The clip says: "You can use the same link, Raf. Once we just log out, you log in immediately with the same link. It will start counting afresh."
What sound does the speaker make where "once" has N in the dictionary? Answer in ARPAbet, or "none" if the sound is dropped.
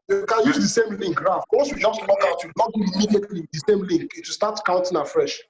none